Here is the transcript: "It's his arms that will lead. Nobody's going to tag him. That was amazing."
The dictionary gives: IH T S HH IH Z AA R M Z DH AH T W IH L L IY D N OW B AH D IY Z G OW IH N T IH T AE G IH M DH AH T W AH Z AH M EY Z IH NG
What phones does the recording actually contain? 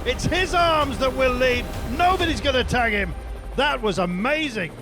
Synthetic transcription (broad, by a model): IH T S HH IH Z AA R M Z DH AH T W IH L L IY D N OW B AH D IY Z G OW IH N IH T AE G IH M DH AH T W AH Z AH M EY Z IH NG